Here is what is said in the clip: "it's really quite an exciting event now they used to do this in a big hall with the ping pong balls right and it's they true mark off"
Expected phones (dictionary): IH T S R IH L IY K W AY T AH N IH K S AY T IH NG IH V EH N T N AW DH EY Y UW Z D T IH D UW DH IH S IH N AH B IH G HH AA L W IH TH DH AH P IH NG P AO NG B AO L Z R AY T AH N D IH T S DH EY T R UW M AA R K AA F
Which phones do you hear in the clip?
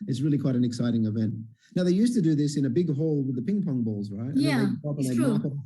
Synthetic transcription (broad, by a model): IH T S R IH L IY K W AY T AH N IH K S AY T IH NG IH V EH N T N AW DH EY Y UW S T IH D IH DH IH S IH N AH B IH G HH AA L W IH DH AH P IH NG P AO NG B AO L Z R AY T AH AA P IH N DH EY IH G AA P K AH